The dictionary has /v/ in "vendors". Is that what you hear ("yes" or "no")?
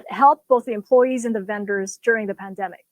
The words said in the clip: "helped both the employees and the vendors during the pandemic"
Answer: yes